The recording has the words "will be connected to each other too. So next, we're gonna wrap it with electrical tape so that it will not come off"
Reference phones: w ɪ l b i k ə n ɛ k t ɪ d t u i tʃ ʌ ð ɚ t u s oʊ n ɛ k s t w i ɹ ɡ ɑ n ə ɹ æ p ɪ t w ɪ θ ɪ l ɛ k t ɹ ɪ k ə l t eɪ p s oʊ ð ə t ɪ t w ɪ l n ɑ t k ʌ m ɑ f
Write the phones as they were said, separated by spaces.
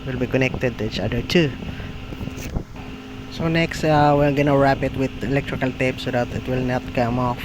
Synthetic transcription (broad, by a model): w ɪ l b i k ə n ɛ k t ɪ d t u i tʃ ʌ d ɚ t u s oʊ n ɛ k s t w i l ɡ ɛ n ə ɹ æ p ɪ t w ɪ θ ɪ l ɛ k t ɹ ɪ k ə l t eɪ p s oʊ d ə t ɪ t w ɪ l n ɑ t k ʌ m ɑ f